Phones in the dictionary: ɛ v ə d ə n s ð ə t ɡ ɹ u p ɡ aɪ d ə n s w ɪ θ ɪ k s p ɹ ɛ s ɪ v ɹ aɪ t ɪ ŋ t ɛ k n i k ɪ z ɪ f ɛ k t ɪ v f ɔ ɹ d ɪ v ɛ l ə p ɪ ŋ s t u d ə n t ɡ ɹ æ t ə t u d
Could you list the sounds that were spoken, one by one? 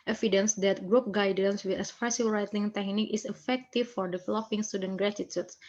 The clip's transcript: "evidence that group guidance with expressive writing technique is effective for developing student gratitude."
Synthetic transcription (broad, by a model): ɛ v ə d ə n s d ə t ɡ ɹ u p ɡ aɪ d ə n s w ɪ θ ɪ s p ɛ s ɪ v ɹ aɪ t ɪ ŋ t ɛ k n i k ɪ s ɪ f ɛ k t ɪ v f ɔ ɹ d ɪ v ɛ l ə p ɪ ŋ s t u d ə n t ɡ ɹ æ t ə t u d